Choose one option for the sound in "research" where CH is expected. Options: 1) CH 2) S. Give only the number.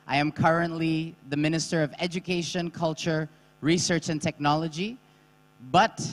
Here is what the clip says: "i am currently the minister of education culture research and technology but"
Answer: 1